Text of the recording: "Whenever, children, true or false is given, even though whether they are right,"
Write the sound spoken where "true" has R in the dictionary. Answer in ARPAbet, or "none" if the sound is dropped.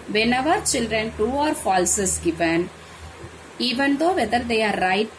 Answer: none